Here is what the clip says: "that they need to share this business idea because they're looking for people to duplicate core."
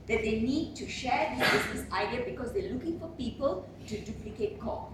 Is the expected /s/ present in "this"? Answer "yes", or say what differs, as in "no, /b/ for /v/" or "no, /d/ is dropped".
no, /s/ is dropped